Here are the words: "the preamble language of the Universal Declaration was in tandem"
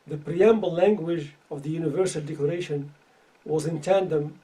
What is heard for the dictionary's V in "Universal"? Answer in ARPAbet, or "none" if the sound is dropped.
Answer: V